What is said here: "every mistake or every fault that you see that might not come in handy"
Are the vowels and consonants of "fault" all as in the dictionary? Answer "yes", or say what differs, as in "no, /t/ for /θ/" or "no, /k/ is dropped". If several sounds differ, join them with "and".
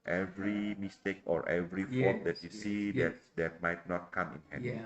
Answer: no, /l/ is dropped